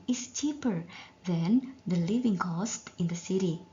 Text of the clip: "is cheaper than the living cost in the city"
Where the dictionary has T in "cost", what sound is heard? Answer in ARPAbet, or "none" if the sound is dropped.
T